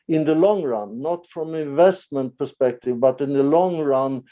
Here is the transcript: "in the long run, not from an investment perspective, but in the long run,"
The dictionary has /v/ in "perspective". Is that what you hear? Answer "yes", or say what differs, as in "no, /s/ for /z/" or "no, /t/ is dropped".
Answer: yes